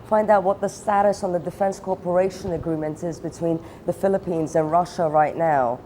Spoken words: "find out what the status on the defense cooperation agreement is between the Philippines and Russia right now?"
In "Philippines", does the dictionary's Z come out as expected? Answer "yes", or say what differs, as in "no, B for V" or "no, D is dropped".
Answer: yes